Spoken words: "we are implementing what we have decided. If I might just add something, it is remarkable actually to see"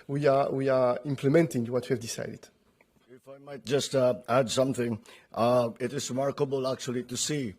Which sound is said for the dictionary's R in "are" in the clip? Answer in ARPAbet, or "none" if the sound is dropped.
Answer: W